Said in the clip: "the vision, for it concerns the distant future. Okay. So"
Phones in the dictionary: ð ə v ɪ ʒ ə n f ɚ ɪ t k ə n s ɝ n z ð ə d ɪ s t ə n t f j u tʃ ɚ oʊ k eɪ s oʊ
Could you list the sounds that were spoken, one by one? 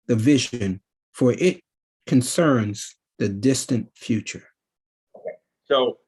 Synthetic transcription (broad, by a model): ð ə v ɪ ʒ ə n f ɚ ɪ t k ə n s ɝ n z ð ə d ɪ s t ə n t f j u tʃ ɚ oʊ k eɪ s oʊ